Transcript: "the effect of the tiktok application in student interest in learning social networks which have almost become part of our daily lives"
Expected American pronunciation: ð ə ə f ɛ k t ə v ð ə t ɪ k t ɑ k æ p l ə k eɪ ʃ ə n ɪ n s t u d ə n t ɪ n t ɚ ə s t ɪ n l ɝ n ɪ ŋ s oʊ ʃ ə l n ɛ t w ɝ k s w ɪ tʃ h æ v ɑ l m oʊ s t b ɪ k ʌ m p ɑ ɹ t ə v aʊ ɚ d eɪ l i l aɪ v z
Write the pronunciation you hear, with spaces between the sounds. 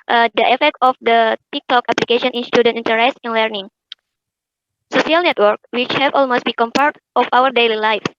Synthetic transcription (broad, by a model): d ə ə f ɛ k t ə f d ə t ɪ k t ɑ k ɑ p l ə k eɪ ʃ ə n ɪ n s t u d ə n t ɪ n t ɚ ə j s ɪ n l ɝ n ɪ ŋ s oʊ s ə l n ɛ t w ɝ k w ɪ tʃ h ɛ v ɑ l m oʊ s t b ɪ k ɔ m p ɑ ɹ t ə f aʊ ɚ d eɪ l i l aɪ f